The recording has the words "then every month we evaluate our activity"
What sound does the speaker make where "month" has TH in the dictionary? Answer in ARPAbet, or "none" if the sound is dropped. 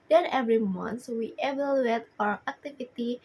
S